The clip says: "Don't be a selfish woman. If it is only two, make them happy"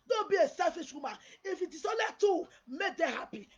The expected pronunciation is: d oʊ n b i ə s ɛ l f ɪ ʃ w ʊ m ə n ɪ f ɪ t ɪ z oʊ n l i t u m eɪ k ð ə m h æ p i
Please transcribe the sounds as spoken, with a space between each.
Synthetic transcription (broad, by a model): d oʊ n b i ə s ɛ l f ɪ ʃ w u m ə ɪ f ɪ t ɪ s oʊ l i t u m eɪ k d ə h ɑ p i